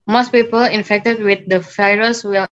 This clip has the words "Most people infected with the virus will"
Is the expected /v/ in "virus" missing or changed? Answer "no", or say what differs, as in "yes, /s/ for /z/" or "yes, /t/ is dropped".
yes, /f/ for /v/